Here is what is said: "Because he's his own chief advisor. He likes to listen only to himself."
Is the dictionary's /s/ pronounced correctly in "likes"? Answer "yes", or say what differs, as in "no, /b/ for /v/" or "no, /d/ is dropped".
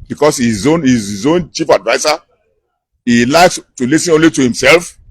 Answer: yes